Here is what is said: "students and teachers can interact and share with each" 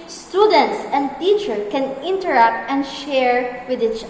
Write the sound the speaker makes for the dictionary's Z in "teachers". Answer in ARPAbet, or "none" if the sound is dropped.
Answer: none